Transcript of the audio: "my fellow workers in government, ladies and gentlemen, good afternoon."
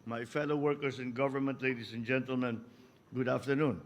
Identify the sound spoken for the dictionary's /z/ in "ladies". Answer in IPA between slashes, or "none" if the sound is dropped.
/s/